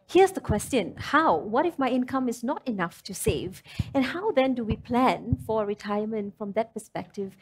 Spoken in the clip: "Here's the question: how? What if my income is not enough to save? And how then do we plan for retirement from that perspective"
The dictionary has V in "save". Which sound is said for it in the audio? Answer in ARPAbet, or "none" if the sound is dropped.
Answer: V